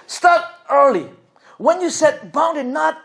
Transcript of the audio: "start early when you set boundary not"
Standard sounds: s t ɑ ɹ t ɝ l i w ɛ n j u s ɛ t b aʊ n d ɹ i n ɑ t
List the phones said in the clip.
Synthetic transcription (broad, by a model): s t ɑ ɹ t ɝ l i w ɛ n j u s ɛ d b aʊ n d i n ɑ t